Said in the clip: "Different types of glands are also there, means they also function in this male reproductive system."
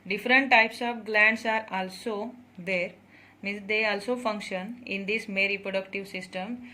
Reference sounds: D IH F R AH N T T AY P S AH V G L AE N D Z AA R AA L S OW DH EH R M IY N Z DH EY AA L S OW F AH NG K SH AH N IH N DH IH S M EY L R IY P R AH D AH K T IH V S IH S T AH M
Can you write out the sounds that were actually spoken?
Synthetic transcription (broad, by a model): D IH F R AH N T T AY P S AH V G L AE N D S AA R AA L S OW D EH R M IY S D EY AA L S OW F AH NG K SH AH N IH N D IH S M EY R IY P R AH D AH K T IH V S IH S T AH M